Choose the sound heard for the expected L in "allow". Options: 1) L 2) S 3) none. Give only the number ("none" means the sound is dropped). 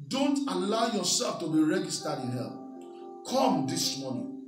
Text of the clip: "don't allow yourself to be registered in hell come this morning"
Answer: 1